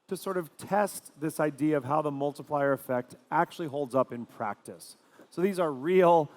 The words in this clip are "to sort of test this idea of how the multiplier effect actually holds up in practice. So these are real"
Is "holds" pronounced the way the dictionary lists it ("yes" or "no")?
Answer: yes